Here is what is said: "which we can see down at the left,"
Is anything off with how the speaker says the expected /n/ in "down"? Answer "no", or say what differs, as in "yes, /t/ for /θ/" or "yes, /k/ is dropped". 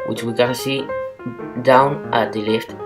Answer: no